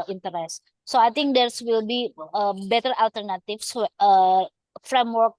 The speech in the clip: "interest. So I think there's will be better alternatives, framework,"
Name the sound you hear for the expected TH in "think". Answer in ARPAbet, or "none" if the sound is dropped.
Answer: T